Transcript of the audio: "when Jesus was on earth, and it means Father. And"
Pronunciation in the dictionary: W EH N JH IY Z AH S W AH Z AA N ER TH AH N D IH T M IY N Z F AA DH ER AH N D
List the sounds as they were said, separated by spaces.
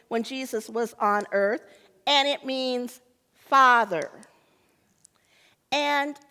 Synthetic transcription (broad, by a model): W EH N JH IY Z AH S W AH Z N ER TH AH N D IH T M IY N Z F AA DH ER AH N